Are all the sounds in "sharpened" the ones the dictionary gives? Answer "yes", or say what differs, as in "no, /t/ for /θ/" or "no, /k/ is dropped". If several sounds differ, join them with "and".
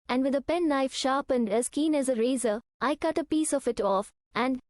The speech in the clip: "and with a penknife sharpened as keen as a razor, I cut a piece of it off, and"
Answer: yes